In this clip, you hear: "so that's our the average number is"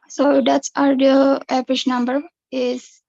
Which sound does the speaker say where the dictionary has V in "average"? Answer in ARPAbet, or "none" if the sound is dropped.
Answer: P